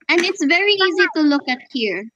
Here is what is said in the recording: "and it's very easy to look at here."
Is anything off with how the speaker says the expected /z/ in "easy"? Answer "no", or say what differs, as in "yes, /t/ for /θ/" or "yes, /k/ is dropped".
no